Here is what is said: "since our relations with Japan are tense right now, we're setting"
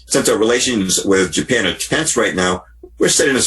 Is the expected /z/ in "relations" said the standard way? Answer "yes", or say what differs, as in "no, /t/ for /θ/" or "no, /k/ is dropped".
yes